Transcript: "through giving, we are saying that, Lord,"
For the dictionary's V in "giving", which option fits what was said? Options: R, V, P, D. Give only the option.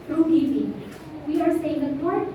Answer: P